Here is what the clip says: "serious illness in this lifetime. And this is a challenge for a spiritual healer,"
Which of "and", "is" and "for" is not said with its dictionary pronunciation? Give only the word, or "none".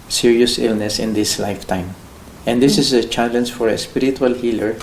is